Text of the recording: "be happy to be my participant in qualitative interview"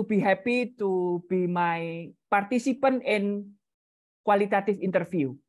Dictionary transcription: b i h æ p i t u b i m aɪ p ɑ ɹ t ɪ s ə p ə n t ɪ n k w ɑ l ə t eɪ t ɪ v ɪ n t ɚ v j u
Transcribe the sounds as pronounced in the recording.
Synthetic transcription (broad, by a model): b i h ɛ p i t u b i m aɪ p ɑ ɹ t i s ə p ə n ɪ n k w ɑ l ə t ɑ t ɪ f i n t ɚ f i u